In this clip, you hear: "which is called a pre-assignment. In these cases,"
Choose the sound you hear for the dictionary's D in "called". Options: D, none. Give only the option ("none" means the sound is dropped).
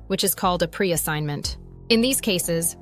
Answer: D